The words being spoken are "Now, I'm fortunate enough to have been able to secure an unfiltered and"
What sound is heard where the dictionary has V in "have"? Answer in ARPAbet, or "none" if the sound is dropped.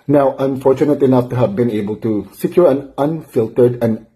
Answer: V